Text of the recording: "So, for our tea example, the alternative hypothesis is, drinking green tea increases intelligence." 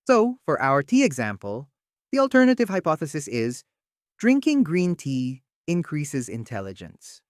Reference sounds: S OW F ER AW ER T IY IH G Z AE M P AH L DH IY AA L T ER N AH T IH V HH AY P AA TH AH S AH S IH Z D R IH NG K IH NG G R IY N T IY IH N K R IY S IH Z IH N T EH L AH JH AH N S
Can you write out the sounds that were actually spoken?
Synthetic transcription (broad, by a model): S OW F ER AW ER T IY IH G Z AE M P AH L DH IY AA L T ER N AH T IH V HH AY P AA TH AH S AH S IH Z D R IH NG K IH NG G R IY N T IY IH N K R IY S IH Z IH N T EH L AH JH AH N S